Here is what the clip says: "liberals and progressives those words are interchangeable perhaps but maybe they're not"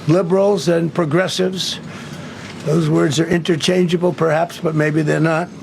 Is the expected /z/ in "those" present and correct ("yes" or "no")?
yes